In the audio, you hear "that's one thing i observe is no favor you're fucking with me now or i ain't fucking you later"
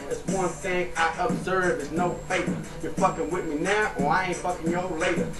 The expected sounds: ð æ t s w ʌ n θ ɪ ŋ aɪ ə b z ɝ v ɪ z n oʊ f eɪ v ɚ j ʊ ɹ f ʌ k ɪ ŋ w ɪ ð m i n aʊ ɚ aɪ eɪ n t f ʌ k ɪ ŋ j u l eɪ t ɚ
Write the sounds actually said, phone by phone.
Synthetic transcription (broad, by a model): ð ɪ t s w ʌ n θ ɪ ŋ aɪ ə b z ɝ v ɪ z n oʊ f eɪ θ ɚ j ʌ ɹ f ʌ k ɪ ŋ w ɪ ð m i n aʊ ɚ aɪ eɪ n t f ʌ k ɪ ŋ j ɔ l eɪ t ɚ